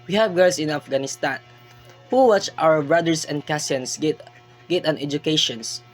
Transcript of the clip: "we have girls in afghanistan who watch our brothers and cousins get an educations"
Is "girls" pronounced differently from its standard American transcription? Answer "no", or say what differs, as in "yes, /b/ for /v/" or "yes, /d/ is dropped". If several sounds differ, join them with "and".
yes, /s/ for /z/